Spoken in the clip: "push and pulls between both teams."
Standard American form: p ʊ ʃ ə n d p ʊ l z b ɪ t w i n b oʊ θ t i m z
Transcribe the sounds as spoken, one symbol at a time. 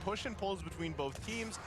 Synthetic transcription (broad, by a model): p ʊ ʃ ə n p ʊ l z b ɪ t w i n b oʊ θ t i m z